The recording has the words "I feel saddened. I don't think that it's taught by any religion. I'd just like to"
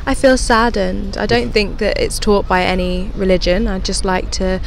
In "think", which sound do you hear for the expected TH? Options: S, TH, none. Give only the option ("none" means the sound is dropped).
TH